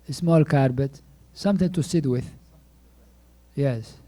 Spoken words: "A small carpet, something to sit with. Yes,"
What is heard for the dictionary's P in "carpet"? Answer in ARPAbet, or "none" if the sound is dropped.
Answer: B